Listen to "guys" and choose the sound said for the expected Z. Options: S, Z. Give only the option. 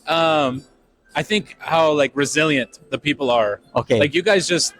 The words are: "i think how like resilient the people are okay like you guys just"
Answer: Z